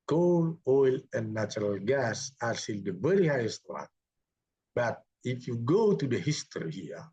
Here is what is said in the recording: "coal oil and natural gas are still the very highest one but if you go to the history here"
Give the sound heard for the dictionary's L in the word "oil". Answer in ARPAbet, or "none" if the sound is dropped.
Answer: L